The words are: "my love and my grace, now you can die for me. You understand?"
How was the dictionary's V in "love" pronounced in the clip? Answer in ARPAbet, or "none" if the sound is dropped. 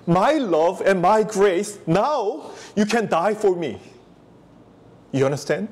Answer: V